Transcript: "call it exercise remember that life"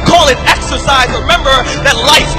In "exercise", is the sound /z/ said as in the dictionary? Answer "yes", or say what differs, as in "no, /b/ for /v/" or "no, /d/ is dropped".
yes